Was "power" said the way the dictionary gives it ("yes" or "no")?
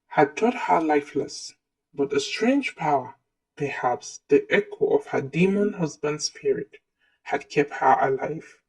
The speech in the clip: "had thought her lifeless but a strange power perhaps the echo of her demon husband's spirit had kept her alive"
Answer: yes